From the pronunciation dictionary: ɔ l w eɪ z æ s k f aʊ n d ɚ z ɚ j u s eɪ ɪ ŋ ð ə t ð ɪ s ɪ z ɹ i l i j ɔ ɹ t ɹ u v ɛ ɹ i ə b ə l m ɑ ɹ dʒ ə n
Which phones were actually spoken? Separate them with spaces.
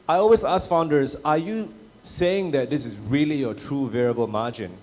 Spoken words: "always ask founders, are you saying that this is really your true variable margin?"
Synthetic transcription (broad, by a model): ɔ l w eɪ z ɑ s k f aʊ n d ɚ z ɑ j u s eɪ ɪ ŋ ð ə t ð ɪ s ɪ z ɹ i l i j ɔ t ɹ u v ɛ ɹ i ə b ə l m ɑ dʒ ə n